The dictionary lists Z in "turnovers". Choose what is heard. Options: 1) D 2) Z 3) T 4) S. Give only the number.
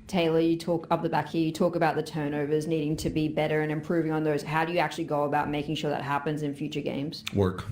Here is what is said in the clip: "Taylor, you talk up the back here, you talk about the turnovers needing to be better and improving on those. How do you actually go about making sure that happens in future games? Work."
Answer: 2